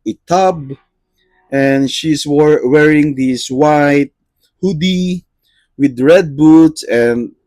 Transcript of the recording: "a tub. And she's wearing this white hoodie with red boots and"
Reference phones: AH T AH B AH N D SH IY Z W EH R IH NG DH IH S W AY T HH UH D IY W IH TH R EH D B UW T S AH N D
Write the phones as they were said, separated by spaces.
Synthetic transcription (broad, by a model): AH T AH B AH N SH IY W W EH R IH NG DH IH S W AY T HH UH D IY W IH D R EH D B UW T S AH N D